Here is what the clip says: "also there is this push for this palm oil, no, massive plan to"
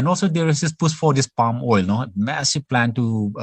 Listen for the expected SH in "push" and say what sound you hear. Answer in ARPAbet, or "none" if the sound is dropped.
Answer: S